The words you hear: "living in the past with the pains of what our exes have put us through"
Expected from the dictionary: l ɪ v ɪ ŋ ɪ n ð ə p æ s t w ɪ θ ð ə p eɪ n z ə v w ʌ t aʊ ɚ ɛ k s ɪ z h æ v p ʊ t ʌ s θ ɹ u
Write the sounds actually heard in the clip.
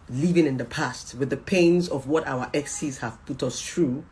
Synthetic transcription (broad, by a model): l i v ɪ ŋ ɪ n ð ə p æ s t w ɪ ð ə p eɪ n z ə v w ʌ t aʊ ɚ ɛ k s ɪ z h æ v p ʊ t ʌ s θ ɹ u